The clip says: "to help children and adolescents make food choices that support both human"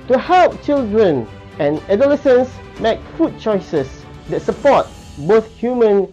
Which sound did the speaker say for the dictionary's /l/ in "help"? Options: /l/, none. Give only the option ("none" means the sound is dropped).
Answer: /l/